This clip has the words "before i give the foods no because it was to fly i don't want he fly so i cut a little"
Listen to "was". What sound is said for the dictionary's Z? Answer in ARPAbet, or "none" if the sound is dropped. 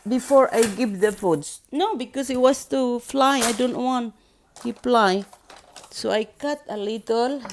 S